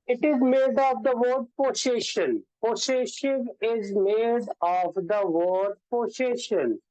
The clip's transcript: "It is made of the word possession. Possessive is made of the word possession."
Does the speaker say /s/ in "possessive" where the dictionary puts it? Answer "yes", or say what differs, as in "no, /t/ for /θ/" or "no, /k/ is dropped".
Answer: no, /ʃ/ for /s/